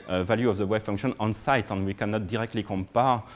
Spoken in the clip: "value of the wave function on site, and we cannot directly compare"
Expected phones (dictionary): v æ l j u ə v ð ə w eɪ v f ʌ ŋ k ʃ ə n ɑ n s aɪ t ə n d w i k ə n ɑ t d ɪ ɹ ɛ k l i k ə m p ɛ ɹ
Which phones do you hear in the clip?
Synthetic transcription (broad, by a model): v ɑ l j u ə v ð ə w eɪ b f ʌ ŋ k ʃ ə n ɑ n s aɪ t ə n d w i k ə n ɑ t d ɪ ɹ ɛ k l i k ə m p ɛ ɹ